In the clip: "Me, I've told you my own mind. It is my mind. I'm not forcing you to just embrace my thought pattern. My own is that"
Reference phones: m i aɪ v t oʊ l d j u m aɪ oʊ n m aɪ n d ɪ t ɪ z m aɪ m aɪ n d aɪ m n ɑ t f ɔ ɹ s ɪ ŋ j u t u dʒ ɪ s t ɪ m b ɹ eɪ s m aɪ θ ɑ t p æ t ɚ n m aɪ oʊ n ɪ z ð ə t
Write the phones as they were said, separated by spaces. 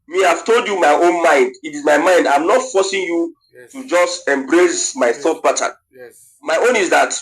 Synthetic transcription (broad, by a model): m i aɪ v t oʊ l d j u m aɪ oʊ n m aɪ n d ɪ t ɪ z m aɪ m aɪ n d aɪ m n ɑ t f ɔ s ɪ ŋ j u t u dʒ ɪ s t ɪ m b ɹ eɪ s m aɪ θ ɑ t b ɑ t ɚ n m aɪ oʊ n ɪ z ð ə t